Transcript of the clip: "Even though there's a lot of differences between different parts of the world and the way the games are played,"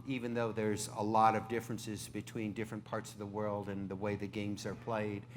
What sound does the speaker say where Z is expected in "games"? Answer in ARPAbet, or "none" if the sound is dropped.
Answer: Z